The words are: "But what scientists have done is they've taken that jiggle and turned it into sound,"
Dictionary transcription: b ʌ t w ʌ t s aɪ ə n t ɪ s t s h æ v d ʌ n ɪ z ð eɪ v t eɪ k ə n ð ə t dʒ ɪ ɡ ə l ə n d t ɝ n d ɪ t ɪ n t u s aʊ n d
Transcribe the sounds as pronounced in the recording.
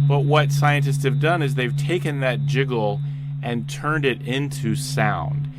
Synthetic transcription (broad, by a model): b ʌ t w ʌ t s aɪ ə n t ɪ s t s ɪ v d ʌ n ɪ z ð eɪ v t eɪ k ə n ð ə t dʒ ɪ ɡ l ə n t ɝ n d ɪ t ɪ n t u s aʊ n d